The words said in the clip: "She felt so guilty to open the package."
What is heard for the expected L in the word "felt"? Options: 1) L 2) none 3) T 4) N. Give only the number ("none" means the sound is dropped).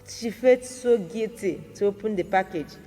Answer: 2